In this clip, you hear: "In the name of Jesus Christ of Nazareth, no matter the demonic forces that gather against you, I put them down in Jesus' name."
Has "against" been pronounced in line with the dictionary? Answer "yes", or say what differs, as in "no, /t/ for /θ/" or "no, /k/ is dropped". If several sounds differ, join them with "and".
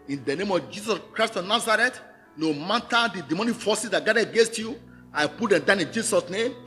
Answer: yes